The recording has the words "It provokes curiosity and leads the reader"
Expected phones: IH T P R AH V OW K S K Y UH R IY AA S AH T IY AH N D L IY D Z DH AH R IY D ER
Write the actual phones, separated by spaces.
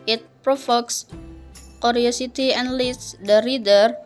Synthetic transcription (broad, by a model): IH T P R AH F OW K S K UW R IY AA S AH T IY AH N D L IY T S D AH R IY D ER